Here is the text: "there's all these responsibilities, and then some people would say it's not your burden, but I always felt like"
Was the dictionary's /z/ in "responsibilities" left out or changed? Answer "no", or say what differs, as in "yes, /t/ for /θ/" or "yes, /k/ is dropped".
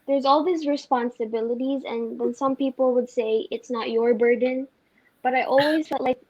no